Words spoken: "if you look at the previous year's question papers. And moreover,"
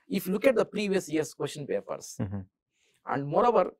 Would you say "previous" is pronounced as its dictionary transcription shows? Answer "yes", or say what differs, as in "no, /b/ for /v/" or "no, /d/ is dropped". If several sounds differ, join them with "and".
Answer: yes